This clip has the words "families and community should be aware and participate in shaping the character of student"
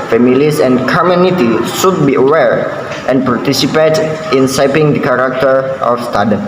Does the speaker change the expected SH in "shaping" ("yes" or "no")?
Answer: yes